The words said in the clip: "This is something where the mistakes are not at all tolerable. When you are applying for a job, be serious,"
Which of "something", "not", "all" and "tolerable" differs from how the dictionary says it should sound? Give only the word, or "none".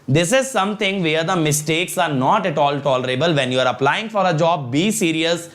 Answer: something